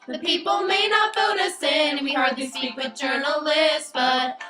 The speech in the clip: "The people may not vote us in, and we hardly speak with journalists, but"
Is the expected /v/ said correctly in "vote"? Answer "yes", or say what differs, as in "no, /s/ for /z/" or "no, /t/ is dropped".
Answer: no, /f/ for /v/